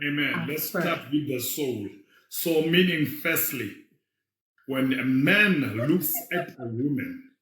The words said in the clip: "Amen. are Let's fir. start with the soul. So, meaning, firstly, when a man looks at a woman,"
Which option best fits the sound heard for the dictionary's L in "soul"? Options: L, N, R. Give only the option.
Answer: L